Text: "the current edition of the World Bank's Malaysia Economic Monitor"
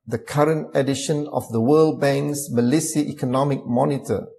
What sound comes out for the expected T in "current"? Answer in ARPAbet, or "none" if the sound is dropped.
T